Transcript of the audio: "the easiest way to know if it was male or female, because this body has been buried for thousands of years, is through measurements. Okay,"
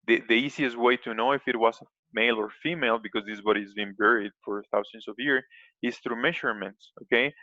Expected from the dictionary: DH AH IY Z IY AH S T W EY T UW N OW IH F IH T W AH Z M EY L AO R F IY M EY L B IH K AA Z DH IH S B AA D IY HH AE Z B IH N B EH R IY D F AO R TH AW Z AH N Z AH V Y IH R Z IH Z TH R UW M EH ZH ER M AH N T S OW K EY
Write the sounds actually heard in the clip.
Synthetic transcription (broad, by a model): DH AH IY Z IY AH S T W EY T UW N OW IH F IH T W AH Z M EY L AO R F IY M EY L B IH K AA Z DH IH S B AA D IY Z B IH N B EH R IY D F AO R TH AW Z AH N S AH V Y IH R S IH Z TH R UW M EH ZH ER M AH N T S OW K EY